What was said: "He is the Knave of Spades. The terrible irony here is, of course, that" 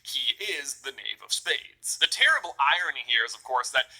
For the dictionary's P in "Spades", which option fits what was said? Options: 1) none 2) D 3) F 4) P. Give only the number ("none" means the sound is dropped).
4